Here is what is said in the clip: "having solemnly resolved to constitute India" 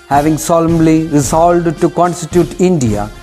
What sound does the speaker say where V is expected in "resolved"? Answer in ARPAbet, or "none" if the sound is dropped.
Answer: none